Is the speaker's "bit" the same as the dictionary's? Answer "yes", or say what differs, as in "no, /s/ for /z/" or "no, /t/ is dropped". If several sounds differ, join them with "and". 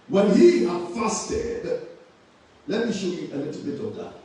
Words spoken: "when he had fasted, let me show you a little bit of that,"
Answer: yes